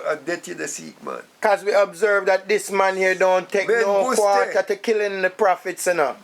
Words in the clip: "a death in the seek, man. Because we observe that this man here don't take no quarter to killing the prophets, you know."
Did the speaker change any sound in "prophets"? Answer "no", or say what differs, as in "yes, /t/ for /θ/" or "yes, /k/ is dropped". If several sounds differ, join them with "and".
no